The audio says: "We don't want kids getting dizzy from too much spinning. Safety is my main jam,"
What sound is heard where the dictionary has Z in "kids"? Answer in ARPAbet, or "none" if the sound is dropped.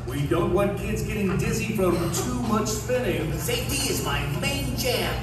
Z